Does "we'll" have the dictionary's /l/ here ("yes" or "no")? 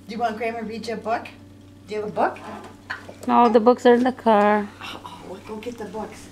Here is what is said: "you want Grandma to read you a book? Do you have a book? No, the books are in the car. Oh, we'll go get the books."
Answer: no